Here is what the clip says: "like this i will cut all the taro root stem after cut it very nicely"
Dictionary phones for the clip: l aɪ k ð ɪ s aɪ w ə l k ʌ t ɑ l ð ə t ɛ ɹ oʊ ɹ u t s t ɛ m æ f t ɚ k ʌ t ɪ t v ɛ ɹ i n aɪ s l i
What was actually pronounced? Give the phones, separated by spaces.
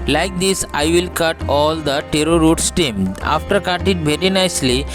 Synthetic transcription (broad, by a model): l aɪ k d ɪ s aɪ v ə l k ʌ t ɑ l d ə t ɛ ɹ oʊ ɹ u t s t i m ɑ f t ɚ k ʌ t ɪ t v ɛ ɹ i n aɪ s l i